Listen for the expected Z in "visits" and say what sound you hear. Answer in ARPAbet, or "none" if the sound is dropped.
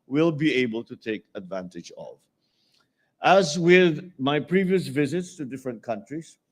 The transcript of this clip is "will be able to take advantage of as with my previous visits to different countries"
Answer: Z